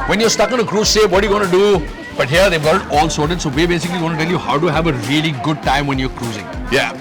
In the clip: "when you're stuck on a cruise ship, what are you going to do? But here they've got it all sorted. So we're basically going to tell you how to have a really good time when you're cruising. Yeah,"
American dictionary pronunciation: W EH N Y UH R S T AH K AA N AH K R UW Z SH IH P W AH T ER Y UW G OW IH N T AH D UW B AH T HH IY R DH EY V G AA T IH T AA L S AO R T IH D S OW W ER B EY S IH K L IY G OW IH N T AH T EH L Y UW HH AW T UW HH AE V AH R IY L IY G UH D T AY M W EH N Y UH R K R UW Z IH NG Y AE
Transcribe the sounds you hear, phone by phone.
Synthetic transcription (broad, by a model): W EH N Y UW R S T AH K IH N AH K R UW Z S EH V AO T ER Y UW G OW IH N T D UW B AH T HH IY R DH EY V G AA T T AA L S AO R T IH D S OW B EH B EY S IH K L IY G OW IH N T T EH L Y UW HH AW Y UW HH AE V AH R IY L IY G UH D T AY M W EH N Y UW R K R UW Z IH NG Y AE